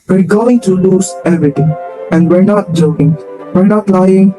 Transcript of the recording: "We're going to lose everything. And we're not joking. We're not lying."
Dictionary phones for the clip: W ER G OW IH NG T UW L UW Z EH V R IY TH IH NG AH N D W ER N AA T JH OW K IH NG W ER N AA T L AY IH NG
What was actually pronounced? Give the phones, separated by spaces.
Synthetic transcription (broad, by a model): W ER G OW IH NG T UW L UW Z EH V R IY T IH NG AH N D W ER N AA T JH OW K IH NG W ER N AA T L AY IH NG